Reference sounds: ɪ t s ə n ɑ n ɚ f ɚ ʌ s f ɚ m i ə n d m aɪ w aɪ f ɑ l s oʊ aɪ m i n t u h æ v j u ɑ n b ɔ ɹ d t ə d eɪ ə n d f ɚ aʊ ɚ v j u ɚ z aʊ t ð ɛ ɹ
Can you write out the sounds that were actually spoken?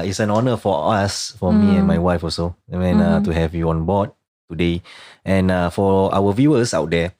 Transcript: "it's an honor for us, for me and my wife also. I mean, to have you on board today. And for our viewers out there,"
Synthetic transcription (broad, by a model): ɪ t s ə n ɑ n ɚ f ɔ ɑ s f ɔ m i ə n m aɪ w aɪ f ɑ s oʊ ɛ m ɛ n t u h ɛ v j u ɑ n b ɔ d t ə d eɪ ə n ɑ f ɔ aʊ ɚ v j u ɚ s aʊ t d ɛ